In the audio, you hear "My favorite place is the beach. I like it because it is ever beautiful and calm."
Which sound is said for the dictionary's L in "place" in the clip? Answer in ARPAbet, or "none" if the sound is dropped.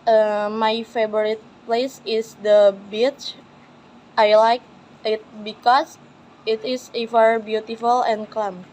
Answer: L